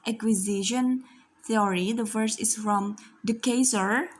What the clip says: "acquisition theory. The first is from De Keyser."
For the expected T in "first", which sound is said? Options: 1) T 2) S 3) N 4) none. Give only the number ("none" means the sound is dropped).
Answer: 4